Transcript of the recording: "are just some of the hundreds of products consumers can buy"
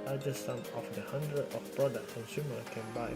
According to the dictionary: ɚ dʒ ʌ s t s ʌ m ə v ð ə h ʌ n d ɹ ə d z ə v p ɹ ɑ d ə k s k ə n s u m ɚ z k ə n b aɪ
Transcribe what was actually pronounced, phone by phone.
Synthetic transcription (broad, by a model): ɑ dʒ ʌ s s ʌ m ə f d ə h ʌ n d ɹ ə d ə f p ɹ ɑ d ə k s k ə n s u m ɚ k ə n b aɪ